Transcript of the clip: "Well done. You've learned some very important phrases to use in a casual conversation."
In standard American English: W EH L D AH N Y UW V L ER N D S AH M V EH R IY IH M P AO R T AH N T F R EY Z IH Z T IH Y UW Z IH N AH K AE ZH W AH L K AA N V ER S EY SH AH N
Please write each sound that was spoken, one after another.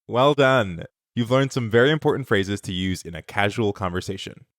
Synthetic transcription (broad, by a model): W EH L D AH N Y UW V L ER N D S AH M V EH R IY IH M P AO R T N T F R EY Z IH Z T IH Y UW Z IH N AH K AE ZH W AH L K AA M V ER S EY SH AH N